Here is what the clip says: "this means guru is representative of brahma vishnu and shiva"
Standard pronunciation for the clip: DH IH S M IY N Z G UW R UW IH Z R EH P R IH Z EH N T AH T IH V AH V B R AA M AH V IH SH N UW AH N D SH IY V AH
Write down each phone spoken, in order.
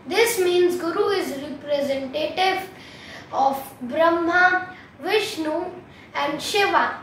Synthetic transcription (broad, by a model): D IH S M IY N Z G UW R UW IH Z R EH P R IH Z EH N T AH T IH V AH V B R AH M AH V IH SH N UW AH N D SH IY V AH